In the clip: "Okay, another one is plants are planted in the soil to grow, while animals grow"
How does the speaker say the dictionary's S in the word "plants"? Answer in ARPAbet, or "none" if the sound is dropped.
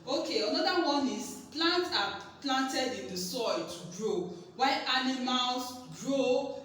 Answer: none